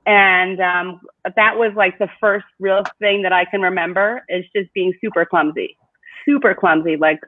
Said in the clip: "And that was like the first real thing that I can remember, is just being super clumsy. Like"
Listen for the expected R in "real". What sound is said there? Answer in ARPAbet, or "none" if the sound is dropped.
R